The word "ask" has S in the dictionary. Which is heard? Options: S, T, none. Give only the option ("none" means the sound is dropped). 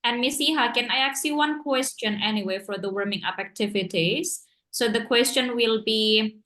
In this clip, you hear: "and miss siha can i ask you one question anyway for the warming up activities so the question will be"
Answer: none